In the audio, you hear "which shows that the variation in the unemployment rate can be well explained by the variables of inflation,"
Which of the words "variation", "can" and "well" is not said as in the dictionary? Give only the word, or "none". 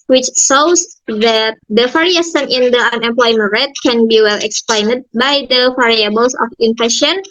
variation